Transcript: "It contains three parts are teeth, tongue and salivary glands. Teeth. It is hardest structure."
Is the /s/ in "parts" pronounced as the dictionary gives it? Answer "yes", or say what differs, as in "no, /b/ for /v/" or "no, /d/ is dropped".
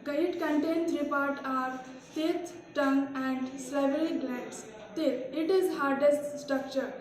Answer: no, /s/ is dropped